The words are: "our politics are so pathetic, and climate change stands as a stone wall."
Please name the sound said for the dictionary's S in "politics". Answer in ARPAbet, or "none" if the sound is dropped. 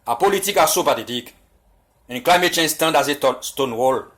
none